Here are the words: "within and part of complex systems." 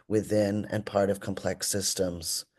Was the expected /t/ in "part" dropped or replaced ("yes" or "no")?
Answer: no